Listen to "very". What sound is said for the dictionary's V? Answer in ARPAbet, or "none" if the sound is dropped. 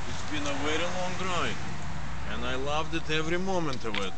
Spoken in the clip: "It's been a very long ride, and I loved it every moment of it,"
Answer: W